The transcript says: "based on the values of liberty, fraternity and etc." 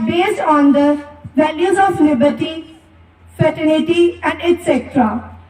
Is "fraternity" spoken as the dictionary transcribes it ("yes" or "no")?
no